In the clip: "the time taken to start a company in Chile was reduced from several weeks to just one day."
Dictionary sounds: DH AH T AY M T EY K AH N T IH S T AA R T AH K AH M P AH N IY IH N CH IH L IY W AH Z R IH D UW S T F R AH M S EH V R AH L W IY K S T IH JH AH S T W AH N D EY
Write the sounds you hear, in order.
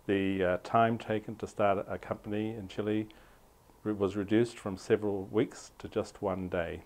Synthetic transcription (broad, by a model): DH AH T AY M T EY K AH N T IH S T AA R T AH K AH M P AH N IY IH N CH IH L IY W AH Z R IH D UW S T F R AH M S EH V R AH L W IY K S T IH JH AH S T W AH N D EY